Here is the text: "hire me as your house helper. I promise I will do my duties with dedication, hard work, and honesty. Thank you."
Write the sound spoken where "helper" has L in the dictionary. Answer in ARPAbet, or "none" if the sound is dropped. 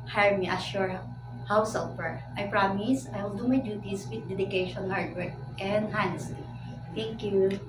none